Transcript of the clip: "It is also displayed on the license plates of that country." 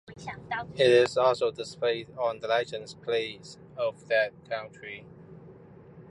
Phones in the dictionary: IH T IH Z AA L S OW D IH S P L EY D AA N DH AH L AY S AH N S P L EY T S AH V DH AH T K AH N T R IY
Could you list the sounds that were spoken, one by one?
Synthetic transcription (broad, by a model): IH T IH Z AA L S OW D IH S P EY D AA N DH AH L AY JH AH N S P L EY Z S AH V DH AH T K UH N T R IY